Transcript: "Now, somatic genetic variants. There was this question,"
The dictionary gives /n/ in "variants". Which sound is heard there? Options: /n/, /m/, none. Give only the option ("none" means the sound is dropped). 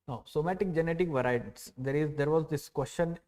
none